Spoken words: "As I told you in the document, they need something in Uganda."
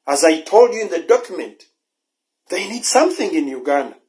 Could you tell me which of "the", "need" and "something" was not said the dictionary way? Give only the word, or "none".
none